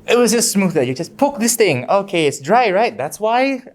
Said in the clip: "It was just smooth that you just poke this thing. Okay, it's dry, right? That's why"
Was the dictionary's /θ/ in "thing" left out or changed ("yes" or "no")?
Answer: no